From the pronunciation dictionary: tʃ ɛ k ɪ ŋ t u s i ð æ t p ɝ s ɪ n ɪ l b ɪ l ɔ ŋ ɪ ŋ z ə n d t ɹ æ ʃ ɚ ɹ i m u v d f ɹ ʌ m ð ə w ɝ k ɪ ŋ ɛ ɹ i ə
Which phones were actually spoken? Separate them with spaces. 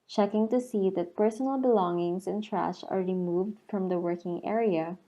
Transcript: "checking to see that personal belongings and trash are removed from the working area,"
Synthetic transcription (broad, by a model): tʃ ɛ k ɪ ŋ t u s i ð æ t p ɝ s ɪ n ɪ l b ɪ l ɔ ŋ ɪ ŋ s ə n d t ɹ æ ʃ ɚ ɹ i m u v d f ɹ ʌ m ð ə w ɝ k ɪ ŋ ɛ ɹ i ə